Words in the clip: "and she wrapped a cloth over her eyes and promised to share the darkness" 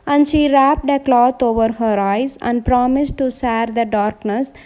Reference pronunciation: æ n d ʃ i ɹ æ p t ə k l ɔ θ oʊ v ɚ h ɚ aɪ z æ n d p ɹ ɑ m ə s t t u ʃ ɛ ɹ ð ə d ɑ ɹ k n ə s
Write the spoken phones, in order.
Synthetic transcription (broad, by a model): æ n d ʃ i ɹ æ p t ə k l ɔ t oʊ v ɚ h ɚ aɪ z æ n d p ɹ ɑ m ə s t t u s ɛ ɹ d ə d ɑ ɹ k n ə s